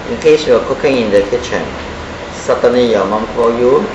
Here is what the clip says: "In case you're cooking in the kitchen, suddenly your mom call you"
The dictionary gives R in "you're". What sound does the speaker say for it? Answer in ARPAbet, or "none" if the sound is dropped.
W